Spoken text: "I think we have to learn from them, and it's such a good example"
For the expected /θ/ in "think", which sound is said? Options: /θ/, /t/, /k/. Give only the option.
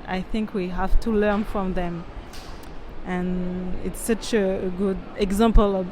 /θ/